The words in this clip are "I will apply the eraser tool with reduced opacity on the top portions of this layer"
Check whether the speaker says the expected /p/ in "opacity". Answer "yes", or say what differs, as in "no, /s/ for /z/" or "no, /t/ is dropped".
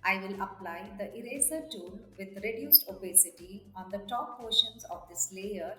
no, /b/ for /p/